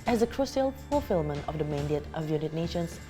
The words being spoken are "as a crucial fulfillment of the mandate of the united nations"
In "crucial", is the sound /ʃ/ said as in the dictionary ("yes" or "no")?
no